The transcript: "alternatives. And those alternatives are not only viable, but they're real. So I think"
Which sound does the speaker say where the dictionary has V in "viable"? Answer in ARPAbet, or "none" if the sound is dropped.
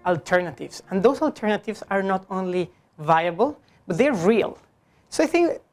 V